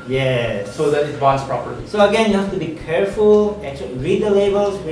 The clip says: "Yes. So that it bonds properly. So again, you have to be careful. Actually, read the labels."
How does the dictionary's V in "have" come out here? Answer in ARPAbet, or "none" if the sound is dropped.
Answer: F